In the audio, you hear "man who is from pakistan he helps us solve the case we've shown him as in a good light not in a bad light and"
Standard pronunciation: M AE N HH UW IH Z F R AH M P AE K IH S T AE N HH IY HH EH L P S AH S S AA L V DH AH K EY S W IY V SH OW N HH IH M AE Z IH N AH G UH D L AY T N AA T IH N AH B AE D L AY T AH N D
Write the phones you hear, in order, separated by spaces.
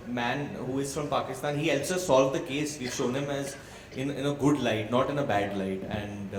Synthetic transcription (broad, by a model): M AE N HH UW IH Z F R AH M P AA K IH S T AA N HH IY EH L S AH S S AA L V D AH K EY S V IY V SH OW N HH IH M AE Z IH N AH G UH D L AY T N AA T IH N AH B AE D L AY T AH N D